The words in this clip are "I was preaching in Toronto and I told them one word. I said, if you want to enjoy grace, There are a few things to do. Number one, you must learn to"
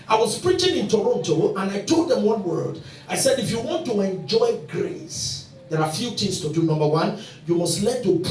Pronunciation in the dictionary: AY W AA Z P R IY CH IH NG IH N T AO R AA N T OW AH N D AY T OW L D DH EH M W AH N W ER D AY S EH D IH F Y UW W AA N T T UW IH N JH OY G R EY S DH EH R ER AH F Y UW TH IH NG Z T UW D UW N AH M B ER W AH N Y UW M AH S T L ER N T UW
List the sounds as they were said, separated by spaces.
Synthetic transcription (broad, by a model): AY W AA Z P R IY CH IH NG IH N T AO R AA N T OW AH N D AY T OW L D DH EH M W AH N W ER D AY S EH D IH F Y UW W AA N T T UW IH N JH OY G R EY S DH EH R AH F Y UW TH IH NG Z T UW D UW N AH M B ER W AH N Y UW M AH S T L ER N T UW